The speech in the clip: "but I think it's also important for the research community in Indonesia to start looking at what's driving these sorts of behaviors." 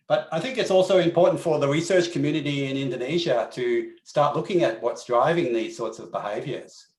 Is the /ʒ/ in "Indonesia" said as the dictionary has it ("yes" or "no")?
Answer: yes